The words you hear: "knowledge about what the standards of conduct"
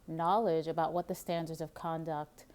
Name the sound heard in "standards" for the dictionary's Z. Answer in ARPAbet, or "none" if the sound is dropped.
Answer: Z